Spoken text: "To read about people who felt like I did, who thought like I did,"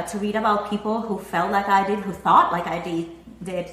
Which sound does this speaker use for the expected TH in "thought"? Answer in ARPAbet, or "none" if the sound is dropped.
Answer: TH